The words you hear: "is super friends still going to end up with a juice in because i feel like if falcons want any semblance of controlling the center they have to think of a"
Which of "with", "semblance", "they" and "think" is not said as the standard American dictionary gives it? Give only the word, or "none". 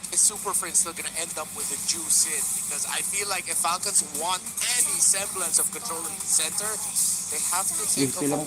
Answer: think